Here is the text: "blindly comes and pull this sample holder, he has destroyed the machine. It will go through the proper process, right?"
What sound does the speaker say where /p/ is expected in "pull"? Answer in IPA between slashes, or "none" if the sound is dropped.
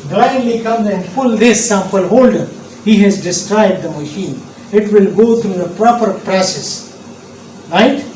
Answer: /f/